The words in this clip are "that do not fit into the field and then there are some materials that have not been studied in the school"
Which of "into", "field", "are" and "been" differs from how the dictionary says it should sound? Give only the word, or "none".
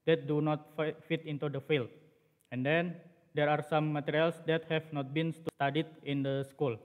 field